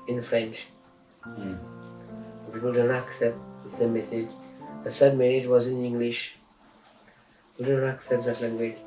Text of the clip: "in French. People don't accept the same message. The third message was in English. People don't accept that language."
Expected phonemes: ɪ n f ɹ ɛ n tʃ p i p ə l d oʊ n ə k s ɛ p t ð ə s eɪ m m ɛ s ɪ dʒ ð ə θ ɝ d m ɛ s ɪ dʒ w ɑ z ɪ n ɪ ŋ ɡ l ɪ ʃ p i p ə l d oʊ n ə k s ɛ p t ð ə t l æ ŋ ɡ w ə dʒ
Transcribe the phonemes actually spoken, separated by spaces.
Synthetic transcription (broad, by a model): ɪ n f ɹ ɛ n tʃ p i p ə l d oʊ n ə k s ɛ p t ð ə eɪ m m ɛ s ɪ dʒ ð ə s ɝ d m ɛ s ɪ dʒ w ɑ z ɪ n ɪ ŋ ɡ l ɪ ʃ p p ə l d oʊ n ə k s ɛ p t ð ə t l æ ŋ ɡ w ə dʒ